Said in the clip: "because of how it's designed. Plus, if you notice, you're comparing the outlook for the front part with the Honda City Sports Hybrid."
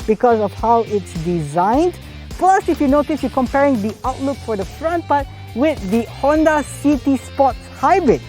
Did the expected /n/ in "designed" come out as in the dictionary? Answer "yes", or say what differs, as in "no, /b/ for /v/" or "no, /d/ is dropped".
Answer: yes